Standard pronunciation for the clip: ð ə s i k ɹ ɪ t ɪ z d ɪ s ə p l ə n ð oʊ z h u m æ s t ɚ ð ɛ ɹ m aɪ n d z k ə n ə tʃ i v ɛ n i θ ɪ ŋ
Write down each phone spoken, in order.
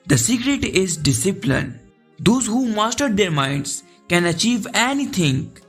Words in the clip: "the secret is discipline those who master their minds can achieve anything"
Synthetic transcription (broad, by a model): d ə s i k ɹ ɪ t ɪ z d ɪ s ə p l ə n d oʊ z h u m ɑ s t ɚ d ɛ ɹ m aɪ n d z k ə n ə tʃ i v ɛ n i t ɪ ŋ